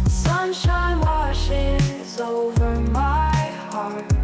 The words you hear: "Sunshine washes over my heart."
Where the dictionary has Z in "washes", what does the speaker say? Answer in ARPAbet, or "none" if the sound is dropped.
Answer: Z